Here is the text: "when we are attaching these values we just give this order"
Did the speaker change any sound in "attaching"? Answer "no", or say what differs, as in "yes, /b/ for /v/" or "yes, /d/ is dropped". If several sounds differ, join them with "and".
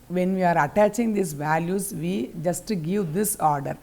no